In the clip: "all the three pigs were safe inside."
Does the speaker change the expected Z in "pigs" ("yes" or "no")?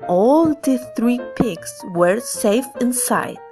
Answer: yes